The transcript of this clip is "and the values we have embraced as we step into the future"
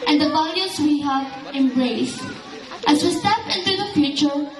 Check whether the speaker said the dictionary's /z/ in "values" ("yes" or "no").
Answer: no